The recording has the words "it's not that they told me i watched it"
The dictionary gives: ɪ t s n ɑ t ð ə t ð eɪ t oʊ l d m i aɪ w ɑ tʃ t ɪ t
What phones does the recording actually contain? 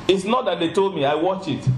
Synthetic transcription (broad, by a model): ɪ t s n ɑ t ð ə t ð eɪ t oʊ l d m i aɪ w ɑ tʃ ɪ t